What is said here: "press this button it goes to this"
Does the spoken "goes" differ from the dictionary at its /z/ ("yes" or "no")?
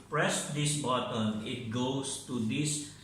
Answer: yes